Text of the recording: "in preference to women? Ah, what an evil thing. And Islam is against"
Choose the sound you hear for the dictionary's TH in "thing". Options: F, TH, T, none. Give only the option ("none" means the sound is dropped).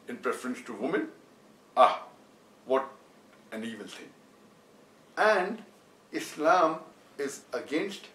T